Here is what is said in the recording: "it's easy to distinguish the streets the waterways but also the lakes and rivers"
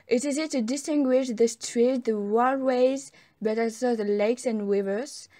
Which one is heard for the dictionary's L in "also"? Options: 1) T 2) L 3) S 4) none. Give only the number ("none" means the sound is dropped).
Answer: 4